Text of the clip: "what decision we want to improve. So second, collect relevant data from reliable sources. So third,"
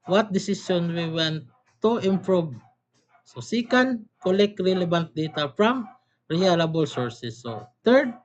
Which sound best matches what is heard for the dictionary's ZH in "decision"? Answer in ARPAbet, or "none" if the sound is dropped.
S